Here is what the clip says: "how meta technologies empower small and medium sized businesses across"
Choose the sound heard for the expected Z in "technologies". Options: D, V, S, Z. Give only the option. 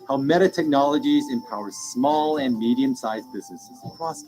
Z